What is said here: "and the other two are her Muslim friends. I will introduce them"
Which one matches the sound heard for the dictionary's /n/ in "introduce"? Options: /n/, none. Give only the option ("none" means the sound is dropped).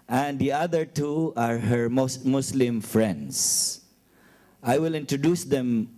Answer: /n/